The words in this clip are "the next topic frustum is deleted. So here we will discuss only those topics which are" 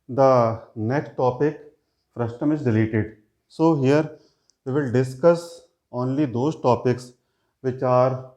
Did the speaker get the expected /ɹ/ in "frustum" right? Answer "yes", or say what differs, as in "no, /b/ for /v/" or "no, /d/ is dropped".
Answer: yes